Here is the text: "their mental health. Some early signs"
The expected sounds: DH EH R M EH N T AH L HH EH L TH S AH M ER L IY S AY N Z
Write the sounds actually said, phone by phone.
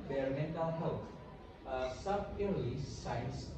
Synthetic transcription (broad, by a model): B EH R M EH N T AH L HH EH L T S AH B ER L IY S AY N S